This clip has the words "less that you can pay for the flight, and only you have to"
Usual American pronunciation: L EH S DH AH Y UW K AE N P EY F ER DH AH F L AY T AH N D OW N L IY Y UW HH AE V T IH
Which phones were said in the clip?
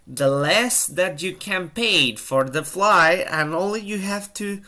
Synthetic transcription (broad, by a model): L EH S DH AH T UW K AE N P EY F ER DH AH F L AY AH N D OW N L IY Y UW HH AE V T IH